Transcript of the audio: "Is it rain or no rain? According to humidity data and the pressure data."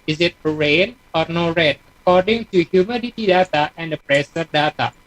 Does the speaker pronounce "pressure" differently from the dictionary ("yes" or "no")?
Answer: yes